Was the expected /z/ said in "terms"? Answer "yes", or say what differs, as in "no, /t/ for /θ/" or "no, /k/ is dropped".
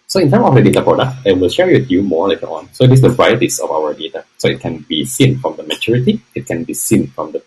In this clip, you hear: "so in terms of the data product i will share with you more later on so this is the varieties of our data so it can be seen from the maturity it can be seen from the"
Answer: no, /z/ is dropped